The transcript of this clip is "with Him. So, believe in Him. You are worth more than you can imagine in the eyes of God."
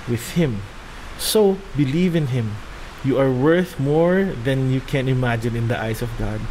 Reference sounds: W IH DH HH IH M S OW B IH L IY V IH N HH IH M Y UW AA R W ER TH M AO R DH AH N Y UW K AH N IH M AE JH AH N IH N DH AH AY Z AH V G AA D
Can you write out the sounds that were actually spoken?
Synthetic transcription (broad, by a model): W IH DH HH IH M S OW B IH L IY V IH N HH IH M Y UW AA R W ER TH M AO R DH AH N Y UW K AH N IH M AE JH AH N IH N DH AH AY S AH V G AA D